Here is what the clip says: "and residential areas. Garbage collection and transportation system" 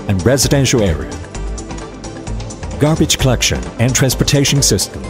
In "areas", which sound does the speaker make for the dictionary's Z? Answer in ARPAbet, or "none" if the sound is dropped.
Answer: none